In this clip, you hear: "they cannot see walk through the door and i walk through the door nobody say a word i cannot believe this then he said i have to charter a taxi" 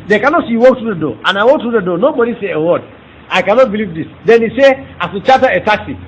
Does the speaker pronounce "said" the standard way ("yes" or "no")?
no